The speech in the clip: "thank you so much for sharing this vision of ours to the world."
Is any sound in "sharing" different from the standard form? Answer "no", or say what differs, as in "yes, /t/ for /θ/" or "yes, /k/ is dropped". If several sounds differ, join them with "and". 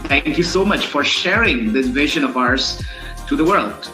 no